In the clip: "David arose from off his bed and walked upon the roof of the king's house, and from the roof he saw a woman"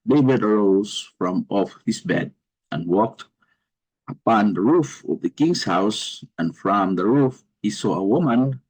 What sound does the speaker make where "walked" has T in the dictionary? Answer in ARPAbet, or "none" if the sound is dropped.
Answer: T